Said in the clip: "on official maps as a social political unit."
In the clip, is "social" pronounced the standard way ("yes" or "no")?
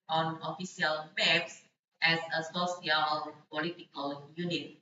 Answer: no